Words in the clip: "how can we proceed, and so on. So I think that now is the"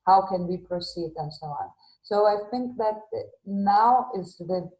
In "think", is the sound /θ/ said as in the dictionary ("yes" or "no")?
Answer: yes